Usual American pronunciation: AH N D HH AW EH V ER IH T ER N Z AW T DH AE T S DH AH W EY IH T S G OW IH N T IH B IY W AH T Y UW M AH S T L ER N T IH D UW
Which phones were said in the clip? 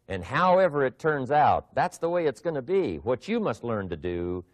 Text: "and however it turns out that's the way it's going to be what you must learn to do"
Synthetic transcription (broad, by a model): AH N HH AW EH V ER IH T ER N Z AW T DH AE T S DH AH W EY IH T S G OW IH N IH B IY W AH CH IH M AH S T L ER N T IH D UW